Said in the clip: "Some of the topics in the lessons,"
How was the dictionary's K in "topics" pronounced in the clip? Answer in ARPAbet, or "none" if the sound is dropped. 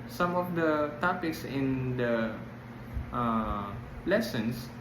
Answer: K